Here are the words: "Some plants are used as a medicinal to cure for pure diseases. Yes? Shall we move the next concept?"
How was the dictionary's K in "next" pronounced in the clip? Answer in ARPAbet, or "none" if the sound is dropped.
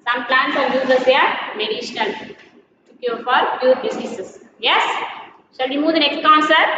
K